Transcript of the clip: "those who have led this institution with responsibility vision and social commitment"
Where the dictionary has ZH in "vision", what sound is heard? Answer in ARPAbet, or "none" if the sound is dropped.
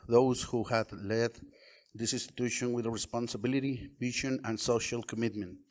SH